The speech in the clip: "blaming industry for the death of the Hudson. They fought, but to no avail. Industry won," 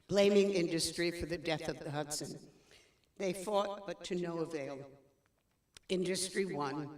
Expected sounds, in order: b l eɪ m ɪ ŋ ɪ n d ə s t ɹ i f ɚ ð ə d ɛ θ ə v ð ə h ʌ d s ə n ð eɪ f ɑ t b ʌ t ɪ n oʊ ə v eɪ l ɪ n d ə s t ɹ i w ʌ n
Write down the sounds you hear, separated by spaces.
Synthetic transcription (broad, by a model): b l eɪ m ɪ ŋ ɪ n d ə s t ɹ i f ɚ ð ə d ɛ θ ə v ð ə h ʌ d s ə n ð eɪ f ɑ t b ʌ t ɪ n oʊ ə v eɪ l ɪ n d ə s t ɹ i w ʌ n